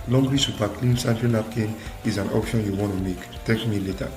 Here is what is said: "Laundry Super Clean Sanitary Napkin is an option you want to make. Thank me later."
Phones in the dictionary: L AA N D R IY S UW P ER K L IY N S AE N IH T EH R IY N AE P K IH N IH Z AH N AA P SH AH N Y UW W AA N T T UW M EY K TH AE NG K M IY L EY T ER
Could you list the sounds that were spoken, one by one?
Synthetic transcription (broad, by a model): L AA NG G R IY S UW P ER K L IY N S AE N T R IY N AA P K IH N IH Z AH N AA P SH AH N Y UW W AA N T T UW M EY K T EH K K M IY L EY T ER